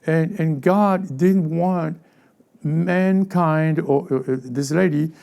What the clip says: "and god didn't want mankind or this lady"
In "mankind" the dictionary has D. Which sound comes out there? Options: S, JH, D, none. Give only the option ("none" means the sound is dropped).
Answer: D